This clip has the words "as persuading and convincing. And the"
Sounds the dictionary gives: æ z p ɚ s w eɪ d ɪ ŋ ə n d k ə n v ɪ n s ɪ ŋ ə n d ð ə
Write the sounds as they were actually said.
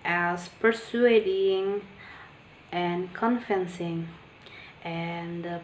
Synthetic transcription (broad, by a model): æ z p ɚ s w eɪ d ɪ ŋ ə n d k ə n f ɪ n s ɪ ŋ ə n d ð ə